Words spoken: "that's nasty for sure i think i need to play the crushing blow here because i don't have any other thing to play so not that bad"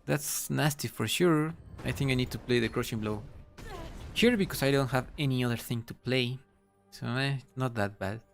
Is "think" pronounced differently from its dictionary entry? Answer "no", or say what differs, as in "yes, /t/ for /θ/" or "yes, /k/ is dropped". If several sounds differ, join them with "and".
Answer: no